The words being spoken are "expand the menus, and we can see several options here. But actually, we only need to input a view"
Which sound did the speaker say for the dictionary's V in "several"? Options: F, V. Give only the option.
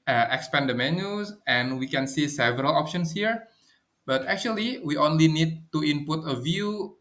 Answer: V